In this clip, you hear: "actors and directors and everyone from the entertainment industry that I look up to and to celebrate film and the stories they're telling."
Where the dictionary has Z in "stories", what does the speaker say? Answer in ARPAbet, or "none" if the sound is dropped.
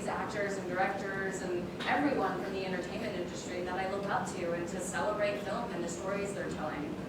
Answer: Z